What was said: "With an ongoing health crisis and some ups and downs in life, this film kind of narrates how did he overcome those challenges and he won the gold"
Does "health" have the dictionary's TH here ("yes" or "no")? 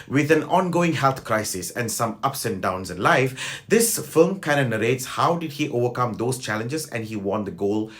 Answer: no